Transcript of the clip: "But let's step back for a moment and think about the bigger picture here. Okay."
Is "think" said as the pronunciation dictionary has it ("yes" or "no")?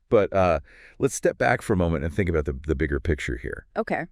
yes